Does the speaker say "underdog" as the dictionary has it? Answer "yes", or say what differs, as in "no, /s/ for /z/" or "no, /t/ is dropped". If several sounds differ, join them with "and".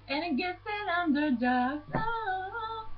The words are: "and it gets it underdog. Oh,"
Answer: no, /ɡ/ is dropped